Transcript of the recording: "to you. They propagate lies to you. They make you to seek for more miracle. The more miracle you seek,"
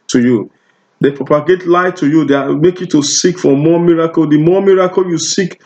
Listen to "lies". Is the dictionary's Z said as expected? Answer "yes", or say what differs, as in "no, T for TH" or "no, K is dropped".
no, Z is dropped